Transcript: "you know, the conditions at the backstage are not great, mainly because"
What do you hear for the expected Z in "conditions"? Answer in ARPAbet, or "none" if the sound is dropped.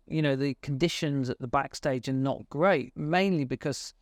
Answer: Z